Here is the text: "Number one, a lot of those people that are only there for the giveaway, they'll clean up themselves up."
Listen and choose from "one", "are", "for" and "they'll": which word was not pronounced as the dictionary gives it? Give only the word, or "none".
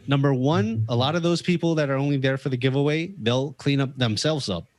none